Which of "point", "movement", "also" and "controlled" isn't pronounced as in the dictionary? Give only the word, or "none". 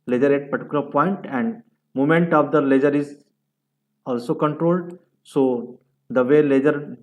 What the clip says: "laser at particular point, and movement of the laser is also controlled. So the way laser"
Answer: movement